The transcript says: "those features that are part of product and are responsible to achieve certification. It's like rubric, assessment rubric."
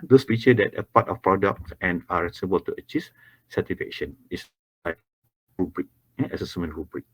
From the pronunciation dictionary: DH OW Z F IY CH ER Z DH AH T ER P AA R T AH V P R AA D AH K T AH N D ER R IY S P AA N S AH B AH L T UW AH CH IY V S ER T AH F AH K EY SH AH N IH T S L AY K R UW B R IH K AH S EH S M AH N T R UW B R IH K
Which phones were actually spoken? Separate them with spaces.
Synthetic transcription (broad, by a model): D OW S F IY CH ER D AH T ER P AA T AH F P R AA D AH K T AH N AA R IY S AA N AH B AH L T UW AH CH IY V S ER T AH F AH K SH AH N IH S L AY K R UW B R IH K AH S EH S M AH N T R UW B R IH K